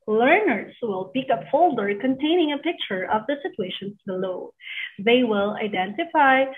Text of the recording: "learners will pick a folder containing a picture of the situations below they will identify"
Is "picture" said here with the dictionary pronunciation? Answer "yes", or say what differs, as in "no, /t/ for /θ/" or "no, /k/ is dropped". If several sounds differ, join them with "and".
yes